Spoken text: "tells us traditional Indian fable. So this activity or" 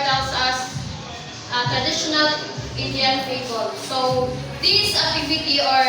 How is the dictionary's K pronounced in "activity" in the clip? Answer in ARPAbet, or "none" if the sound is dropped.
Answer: none